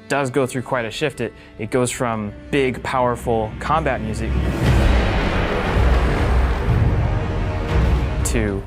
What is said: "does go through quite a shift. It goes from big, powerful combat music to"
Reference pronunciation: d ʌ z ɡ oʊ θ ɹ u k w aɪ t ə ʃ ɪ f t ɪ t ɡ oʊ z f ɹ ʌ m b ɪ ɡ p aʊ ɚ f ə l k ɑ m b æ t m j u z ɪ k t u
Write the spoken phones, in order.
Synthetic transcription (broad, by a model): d ʌ z ɡ oʊ θ ɹ u k w aɪ t ə ʃ ɪ f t ɪ t ɡ oʊ z f ɹ ʌ m b ɪ ɡ p aʊ ɚ f l k ɑ m b æ t m j u z ɪ k t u